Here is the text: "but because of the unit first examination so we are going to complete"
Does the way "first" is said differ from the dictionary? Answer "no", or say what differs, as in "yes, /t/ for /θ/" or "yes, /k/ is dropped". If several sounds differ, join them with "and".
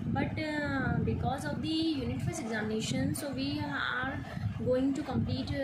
yes, /t/ is dropped